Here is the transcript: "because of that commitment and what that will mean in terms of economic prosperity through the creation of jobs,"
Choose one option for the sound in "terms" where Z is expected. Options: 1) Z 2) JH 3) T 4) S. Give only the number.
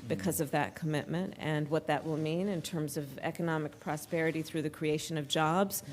1